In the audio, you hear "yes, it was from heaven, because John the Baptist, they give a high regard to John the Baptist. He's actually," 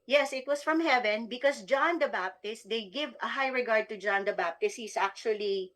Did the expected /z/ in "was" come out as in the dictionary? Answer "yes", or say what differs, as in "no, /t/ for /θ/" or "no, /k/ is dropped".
no, /s/ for /z/